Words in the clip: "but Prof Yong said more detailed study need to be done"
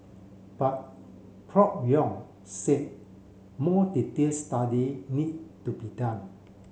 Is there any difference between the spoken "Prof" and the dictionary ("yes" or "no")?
yes